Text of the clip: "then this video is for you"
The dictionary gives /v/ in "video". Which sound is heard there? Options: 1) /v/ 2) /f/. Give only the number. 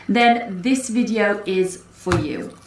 1